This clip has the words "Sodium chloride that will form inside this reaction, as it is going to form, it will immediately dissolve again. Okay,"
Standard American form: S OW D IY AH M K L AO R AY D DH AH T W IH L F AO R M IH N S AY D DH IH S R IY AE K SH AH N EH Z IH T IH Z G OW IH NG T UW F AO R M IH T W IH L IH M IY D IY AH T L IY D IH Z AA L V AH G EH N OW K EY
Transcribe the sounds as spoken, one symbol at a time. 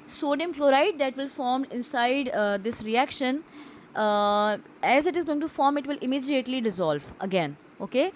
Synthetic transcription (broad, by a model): S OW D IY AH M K L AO R AY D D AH T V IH L F AO R M IH N S AY D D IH S R IY AE K SH AH N EH Z IH T IH Z G OW IH NG T UW F AO R M IH T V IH L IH M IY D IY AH T L IY D IH Z AA L V AH G EH N OW K EY